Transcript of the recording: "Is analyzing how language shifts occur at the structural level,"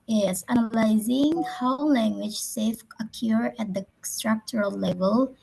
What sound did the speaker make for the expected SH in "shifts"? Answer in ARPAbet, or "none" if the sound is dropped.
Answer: S